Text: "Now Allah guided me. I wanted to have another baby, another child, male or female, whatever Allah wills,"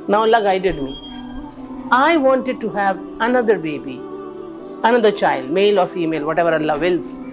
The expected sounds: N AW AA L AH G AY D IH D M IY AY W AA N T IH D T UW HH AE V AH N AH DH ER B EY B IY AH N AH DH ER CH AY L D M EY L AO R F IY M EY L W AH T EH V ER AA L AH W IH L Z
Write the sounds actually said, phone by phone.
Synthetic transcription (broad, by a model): N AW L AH G AY D IH D M IY AY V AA N T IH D T UW HH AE V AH N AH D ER B EY B IY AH N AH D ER CH AY L D M EY L AO R F IY M EY L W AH T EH V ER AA L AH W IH L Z